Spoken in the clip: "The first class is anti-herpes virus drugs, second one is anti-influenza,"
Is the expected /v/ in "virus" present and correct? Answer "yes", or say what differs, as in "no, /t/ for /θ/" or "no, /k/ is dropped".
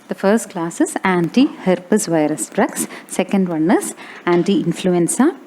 yes